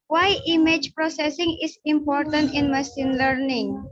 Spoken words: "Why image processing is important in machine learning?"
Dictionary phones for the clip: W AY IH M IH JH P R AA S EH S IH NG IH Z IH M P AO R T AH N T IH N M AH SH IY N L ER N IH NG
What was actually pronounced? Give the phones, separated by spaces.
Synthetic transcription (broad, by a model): W AY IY M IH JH P R AA S EH S IH NG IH S IH M P AO R T AH N T IH N M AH S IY N L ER N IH NG